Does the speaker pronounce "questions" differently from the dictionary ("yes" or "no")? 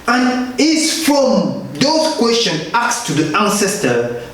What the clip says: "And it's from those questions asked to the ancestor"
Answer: yes